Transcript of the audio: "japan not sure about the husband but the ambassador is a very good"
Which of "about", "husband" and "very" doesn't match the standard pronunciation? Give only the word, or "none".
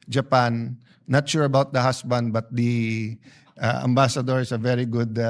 husband